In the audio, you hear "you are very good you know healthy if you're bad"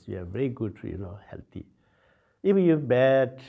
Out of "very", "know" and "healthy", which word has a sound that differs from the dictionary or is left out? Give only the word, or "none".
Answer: healthy